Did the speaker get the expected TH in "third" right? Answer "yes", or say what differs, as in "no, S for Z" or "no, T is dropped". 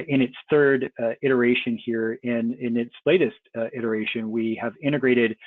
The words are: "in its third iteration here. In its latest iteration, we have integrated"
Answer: yes